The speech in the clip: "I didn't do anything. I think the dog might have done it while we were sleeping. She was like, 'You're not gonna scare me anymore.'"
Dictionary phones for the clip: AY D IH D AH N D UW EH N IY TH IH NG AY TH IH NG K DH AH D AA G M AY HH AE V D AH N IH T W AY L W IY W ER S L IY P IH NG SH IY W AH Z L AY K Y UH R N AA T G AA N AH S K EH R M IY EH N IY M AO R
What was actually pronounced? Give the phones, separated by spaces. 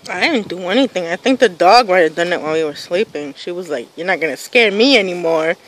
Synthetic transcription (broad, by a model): AY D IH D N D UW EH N IY TH IH NG AY TH IH NG K DH AH D AA G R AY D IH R D AH N IH T W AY N W IY W ER S L IY P IH NG SH IY W AH Z L AY K Y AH R N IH T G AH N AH S K EH R M IY EH N IY M AO R